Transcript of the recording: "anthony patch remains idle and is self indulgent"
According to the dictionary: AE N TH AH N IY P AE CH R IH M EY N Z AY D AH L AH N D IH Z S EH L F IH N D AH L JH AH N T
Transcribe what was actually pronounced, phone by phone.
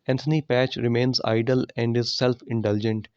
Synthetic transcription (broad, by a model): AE N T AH N IY P AE CH R IH M EY N Z AY D AH L AH N D IH Z S EH L F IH N D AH L JH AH N T